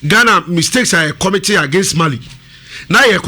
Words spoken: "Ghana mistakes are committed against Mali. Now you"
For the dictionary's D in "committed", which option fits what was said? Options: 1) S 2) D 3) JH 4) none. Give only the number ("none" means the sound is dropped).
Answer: 4